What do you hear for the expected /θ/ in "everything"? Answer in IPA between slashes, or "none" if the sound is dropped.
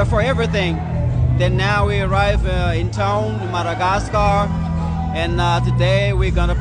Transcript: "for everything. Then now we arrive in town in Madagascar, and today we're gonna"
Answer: /θ/